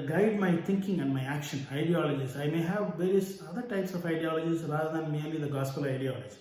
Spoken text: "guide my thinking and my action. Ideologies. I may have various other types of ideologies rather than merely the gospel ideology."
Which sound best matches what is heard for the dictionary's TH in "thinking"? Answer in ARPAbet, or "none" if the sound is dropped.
T